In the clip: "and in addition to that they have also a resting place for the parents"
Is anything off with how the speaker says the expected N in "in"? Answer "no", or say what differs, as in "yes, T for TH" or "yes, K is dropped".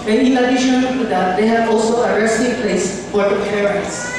yes, L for N